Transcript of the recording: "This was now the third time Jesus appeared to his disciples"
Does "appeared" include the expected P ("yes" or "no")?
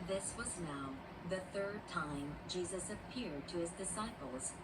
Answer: yes